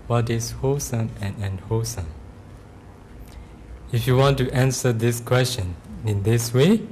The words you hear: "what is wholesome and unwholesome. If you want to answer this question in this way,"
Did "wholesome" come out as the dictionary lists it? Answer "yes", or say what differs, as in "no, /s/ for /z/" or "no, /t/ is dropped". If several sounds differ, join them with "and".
no, /l/ is dropped